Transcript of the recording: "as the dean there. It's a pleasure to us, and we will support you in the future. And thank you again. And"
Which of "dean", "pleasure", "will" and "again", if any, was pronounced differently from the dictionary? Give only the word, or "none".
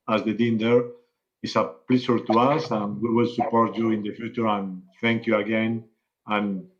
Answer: pleasure